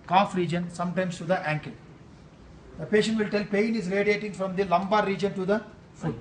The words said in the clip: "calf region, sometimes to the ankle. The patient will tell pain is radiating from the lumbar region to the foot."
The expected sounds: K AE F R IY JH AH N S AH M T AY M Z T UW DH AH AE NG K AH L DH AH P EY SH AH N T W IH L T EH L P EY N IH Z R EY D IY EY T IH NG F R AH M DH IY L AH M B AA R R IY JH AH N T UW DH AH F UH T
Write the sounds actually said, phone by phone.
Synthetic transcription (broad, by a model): K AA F R IY JH AH N S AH M T AY M S T UW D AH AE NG K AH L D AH P EY SH AH N T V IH L T EH L P EY N IH Z R EY D IY EY T IH NG F R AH M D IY L AH M B AA R R IY JH AH N T UW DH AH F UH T